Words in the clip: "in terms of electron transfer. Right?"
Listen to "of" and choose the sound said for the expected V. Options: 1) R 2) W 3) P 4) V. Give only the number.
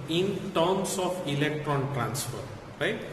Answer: 3